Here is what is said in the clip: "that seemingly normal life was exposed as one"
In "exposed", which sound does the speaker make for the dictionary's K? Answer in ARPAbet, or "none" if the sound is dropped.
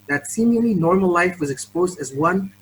K